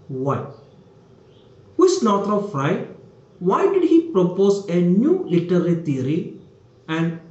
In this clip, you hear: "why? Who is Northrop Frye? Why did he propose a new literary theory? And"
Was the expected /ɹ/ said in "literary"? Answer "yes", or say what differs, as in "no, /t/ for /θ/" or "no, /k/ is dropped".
no, /l/ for /ɹ/